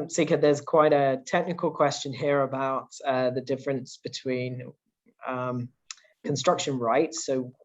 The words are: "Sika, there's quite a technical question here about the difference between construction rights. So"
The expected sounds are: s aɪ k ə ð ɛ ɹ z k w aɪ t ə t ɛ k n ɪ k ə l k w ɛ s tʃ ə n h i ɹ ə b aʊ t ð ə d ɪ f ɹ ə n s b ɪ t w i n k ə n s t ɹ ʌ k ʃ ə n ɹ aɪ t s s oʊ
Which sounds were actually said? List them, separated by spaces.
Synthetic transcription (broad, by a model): s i k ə ð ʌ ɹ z k w aɪ t ə t ɛ k n ɪ k ə l k w ɛ s tʃ ə n h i ɹ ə b aʊ t ð ə d ɪ f ɹ ə n s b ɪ t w i n k ə n s t ɹ ʌ k ʃ ə n ɹ aɪ t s s oʊ